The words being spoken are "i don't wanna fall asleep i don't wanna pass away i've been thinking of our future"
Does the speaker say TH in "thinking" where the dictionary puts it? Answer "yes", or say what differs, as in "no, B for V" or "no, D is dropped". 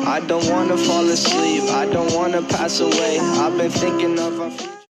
yes